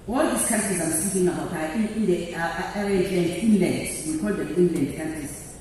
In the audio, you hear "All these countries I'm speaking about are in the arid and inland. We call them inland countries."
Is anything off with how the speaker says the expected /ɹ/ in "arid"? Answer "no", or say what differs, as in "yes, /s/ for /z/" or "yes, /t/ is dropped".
yes, /ɹ/ is dropped